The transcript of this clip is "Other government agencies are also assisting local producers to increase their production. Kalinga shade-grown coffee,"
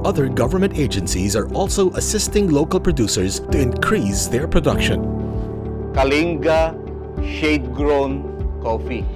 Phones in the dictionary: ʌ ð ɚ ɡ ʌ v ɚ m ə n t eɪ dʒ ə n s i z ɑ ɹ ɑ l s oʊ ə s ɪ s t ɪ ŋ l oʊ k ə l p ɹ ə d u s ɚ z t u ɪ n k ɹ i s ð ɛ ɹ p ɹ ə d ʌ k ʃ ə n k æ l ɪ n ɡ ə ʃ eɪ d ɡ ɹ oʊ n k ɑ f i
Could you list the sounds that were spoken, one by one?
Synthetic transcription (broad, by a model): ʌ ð ɚ ɡ ʌ v ɚ m ə n t eɪ dʒ ə n s i z ɑ ɹ ɑ l s oʊ ə s ɪ s t ɪ ŋ l oʊ k ə l p ɹ ə d u s ɚ z t u ɪ n k ɹ i s ð ɛ ɹ p ɹ ə d ʌ k ʃ ə n k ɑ l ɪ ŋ ɡ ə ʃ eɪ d ɡ ɹ oʊ n k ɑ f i